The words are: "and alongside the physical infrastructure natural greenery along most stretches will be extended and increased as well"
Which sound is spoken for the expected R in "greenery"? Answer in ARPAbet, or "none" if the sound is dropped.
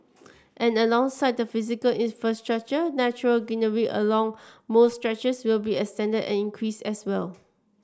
none